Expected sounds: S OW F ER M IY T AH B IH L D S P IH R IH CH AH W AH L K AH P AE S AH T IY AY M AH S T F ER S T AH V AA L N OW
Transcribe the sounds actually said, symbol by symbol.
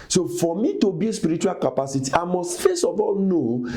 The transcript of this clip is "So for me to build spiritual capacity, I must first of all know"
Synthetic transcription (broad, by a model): S OW F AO M IY T AH B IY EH S P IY R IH CH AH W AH L K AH P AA S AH T IY AY M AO S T F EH S AH V AA L N OW